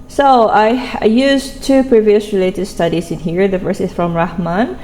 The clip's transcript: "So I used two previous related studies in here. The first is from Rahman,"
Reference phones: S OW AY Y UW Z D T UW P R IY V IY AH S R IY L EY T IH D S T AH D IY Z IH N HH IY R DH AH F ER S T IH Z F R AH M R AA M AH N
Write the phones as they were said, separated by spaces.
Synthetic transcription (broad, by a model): S OW AY Y UW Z T UW P R IY V IY AH S R IY L EY T IH D S T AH D IY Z IH N HH IY R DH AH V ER S IH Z F R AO M R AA M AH N